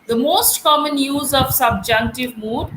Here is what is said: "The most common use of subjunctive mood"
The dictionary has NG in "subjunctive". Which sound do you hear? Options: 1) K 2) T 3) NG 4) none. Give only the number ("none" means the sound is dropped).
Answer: 3